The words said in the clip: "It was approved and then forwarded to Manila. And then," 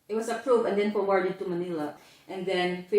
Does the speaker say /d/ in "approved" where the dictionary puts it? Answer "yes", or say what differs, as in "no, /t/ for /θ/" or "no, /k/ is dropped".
no, /d/ is dropped